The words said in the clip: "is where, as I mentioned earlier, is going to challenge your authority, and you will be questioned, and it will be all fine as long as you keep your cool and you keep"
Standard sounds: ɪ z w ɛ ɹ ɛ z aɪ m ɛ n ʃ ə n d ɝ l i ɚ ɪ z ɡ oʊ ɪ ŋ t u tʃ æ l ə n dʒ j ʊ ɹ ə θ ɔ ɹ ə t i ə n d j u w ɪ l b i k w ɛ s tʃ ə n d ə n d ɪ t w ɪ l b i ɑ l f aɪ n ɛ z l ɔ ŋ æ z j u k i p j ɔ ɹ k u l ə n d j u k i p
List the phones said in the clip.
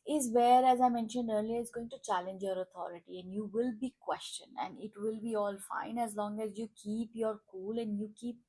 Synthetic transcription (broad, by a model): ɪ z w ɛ ɹ ɛ z aɪ m ɛ n ʃ ə n d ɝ l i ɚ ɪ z ɡ oʊ ɪ ŋ t u tʃ æ l ə n dʒ j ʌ ɹ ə t ɔ ɹ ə t i ə n d j u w ɪ l b i k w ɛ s tʃ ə n ə n d ɪ t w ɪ l b i ɑ l f aɪ n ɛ z l ɔ ŋ æ z j u k i p j ɔ ɹ k u l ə n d j u k i p